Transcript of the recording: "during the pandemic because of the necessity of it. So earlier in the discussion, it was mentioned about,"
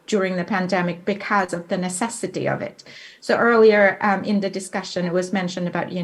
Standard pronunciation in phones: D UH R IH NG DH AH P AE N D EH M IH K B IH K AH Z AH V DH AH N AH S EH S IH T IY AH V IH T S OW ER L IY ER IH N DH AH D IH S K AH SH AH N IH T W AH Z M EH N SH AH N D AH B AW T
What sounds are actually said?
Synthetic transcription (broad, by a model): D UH R IH NG DH AH P AE N D EH M IH K B IH K AH Z AH V DH AH N AH S EH S IH T IY AH V IH T S OW ER L IY ER IH N DH AH D IH S K AH SH AH N IH T W AH Z M EH N SH AH N D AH B AW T